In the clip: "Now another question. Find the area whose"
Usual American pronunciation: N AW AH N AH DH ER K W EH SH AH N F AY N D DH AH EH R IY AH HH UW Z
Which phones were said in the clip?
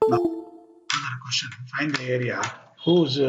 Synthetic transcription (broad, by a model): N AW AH AH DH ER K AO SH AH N F AY N D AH EH R IY AH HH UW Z